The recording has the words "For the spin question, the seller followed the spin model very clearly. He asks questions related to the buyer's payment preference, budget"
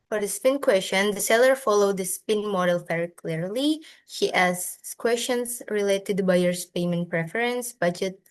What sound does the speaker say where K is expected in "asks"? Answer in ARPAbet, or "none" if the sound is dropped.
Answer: none